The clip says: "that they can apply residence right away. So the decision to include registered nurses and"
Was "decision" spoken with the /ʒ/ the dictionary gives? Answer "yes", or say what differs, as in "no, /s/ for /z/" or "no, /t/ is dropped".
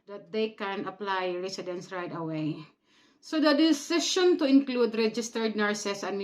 no, /ʃ/ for /ʒ/